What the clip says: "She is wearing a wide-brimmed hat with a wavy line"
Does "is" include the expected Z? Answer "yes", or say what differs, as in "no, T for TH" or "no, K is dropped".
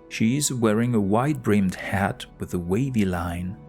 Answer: yes